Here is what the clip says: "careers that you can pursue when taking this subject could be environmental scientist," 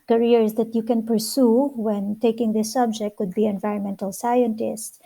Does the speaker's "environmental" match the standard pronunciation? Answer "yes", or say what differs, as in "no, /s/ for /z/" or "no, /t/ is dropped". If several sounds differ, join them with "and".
yes